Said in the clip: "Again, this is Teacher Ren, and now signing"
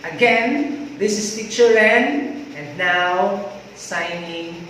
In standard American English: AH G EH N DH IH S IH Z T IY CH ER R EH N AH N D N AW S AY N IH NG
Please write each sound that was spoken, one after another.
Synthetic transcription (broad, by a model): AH G EH N DH IH S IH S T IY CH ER L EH N AH N D N AW S AY N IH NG